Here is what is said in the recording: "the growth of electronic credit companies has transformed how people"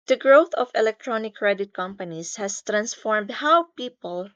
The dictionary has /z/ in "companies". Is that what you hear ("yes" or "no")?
no